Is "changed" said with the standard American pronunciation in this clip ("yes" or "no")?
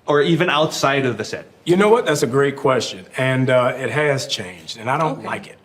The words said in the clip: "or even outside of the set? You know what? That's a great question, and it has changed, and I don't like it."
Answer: yes